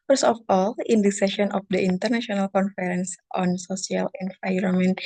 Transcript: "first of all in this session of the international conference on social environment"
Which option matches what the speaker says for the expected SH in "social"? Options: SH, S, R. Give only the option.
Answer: S